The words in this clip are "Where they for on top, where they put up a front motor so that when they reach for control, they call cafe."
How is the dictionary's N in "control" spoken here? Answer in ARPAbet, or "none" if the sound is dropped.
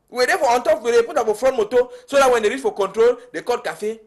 N